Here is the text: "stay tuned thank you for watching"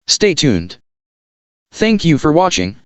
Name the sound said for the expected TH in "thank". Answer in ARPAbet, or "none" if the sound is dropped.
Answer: TH